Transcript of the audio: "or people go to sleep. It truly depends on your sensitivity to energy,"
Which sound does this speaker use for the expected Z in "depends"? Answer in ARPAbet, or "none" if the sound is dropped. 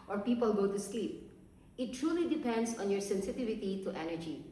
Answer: S